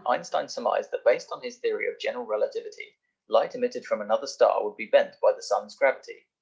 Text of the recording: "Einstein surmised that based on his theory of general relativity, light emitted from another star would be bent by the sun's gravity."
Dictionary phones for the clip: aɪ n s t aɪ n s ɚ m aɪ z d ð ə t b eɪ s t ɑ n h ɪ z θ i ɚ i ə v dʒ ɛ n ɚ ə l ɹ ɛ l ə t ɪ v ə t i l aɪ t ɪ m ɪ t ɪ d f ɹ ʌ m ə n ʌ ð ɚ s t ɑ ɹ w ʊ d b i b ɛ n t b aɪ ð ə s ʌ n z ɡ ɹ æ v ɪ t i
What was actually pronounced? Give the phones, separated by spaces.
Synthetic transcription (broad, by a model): aɪ n s t aɪ n s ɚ m aɪ z ð ə t b eɪ s t n ɪ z θ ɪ ɚ i ə v dʒ ɛ n ɚ ə l ɹ ɛ l ə t ɪ v ə t i l aɪ t ɪ m ɪ t ɪ d f ɹ ʌ m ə n ʌ ð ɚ s t ɑ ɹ w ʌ d b i b ɛ n t b aɪ ð ə s ʌ n z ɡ ɹ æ v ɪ t i